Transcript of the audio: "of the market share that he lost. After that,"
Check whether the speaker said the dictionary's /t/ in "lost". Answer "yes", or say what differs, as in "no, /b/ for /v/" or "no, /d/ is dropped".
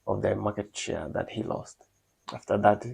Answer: yes